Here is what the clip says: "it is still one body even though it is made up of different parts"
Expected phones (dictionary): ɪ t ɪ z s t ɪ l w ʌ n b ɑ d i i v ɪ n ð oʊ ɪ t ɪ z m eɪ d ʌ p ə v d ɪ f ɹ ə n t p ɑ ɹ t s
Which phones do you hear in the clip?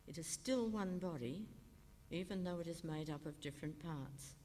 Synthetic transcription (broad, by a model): ɪ t ɪ z s t ɪ l w ʌ n b ɑ d i i v ɪ n ð oʊ ɪ t ɪ z m eɪ d ʌ p ə v d ɪ f ɹ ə n p ɑ ɹ t s